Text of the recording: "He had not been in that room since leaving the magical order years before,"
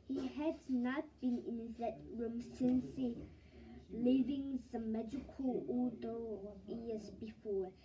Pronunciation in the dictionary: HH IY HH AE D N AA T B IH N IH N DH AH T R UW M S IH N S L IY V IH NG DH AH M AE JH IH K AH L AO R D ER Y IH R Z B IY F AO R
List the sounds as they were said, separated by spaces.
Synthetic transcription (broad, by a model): HH IY HH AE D N AA T B IH N IH N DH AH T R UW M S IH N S L IY V IH NG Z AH M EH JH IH K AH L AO L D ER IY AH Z B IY F AO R